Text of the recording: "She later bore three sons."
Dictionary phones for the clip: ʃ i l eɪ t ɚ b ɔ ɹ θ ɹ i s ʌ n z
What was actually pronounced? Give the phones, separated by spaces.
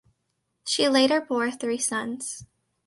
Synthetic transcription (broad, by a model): ʃ i l eɪ t ɚ b ɔ ɹ θ ɹ i s ʌ n z